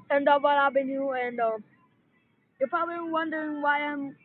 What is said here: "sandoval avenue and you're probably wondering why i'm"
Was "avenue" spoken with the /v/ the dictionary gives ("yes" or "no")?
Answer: no